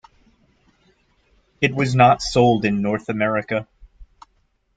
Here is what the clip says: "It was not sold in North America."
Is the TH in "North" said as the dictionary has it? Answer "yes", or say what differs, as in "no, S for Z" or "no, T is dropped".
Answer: yes